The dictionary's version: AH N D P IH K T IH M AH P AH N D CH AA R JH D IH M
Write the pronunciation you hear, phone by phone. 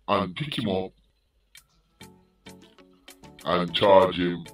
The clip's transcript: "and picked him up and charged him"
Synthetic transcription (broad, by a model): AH N P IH K IH M AH P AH N CH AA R JH IH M